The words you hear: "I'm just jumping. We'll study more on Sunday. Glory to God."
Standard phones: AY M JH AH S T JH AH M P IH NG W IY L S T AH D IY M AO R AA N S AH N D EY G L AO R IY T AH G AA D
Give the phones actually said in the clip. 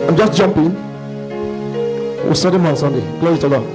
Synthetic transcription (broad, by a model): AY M JH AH S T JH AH M P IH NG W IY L S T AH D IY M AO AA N S AH N D EY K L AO IY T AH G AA